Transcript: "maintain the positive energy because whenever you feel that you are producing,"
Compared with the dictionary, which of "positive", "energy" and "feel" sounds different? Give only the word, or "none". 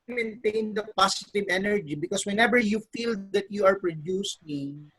positive